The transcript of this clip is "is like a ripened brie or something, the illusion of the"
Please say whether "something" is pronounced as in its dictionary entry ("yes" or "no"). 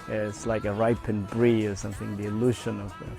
yes